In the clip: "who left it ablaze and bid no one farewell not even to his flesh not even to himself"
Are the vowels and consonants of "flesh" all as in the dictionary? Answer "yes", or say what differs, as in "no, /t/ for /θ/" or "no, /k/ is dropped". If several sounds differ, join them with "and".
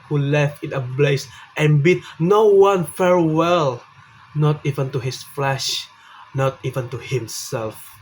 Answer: yes